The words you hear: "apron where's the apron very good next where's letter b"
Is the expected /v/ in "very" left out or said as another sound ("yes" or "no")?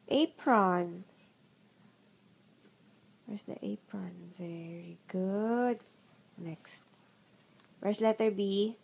no